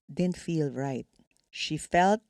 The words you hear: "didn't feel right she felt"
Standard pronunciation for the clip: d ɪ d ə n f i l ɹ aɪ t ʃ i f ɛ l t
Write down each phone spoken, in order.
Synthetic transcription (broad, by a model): d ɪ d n f i l ɹ aɪ t ʃ i f ɛ l t